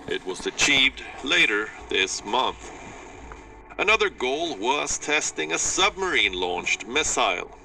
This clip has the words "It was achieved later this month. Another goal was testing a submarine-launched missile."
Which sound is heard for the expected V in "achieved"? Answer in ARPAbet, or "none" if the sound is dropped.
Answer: V